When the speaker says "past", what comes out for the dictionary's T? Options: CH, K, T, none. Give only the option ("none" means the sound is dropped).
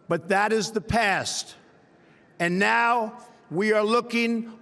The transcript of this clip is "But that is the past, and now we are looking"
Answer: T